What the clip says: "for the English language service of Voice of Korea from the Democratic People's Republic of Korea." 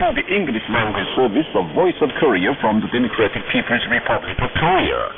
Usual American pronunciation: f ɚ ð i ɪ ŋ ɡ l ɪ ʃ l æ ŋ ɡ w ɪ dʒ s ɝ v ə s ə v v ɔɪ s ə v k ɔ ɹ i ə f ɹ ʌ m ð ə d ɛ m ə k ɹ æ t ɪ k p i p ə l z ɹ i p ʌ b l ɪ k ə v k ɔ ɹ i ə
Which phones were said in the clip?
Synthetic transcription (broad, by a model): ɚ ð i ɪ ŋ ɡ l ɪ ʃ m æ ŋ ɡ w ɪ s ɝ v ə s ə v v ɔɪ s ə v k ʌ ɹ i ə f ɹ ʌ m ð ə d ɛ m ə k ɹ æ t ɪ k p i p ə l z ɹ i p ʌ b l ɪ k ə v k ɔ ɹ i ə